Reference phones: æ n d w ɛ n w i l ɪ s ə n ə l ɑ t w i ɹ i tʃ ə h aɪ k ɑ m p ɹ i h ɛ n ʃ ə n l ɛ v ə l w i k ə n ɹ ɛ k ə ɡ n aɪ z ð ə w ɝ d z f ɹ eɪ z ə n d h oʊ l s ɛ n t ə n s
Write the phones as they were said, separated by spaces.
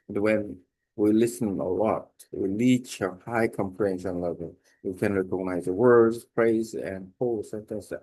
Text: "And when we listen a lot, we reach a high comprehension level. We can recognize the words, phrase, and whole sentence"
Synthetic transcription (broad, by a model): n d w ɛ n w i l ɪ s ə n ə l ɑ t w i l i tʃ ə h aɪ k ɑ m p l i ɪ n s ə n l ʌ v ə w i k ə n ɹ ɛ k ə ɡ n aɪ z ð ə w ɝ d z p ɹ eɪ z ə n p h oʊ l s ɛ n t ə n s